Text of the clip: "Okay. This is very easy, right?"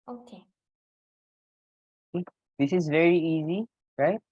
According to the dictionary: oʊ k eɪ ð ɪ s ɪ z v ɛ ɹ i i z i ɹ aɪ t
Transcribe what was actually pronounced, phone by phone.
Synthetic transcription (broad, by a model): oʊ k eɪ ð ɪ s ɪ z v ɛ ɹ i i z i ɹ aɪ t